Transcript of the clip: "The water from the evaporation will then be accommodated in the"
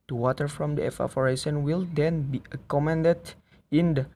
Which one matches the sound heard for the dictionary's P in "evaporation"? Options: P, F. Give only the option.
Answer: F